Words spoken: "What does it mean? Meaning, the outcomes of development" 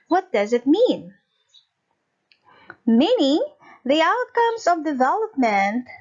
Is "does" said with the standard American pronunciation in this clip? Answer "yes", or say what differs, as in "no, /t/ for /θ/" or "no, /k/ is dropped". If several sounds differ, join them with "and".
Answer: yes